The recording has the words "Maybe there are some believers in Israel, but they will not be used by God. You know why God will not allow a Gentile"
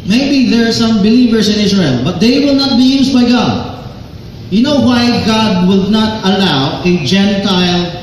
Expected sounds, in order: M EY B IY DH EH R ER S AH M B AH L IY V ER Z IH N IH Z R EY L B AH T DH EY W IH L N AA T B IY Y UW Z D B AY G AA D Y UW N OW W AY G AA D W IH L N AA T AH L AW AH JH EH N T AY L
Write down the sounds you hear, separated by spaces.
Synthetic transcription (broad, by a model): M EY B IY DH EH R S AH M B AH L IY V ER S IH N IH S R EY L B AH T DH EY W IH L N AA T B IY Y UW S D B AY G AA D Y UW N OW W AY G AA D W IH L N AA T AH L AW AH JH EH N T AY L